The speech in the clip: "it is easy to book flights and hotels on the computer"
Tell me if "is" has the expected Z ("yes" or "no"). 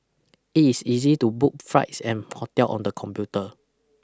no